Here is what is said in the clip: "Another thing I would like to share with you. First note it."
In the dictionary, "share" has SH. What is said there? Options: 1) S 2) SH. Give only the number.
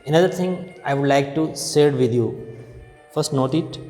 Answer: 1